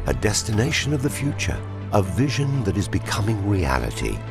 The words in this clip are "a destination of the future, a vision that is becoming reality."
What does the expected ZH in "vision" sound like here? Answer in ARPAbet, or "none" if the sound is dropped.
ZH